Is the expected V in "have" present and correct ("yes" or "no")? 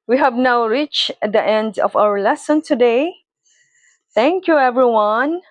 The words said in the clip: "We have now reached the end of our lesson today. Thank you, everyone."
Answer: yes